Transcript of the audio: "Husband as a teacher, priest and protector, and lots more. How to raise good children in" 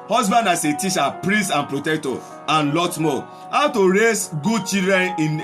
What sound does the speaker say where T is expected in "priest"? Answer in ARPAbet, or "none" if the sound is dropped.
none